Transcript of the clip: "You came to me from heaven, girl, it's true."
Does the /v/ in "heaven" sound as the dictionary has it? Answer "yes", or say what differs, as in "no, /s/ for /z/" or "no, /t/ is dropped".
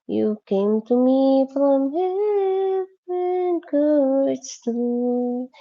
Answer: no, /v/ is dropped